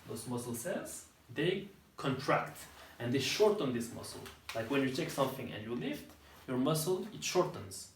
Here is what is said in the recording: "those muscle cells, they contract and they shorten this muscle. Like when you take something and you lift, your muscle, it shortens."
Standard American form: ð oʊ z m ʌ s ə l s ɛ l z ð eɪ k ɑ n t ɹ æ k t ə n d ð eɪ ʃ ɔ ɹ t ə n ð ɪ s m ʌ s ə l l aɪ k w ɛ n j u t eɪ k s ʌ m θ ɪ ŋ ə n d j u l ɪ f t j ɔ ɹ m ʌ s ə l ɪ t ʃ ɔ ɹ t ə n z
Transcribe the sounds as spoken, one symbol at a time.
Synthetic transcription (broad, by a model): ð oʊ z m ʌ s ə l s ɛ z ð eɪ k ɑ n t ɹ æ k t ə n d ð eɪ ʃ ɔ ɹ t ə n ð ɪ s m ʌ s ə l l aɪ k w ɛ n j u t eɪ k s ʌ m θ ɪ ŋ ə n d j u l ɪ f t j ɔ ɹ m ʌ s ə l ɪ t ʃ ɔ ɹ t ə n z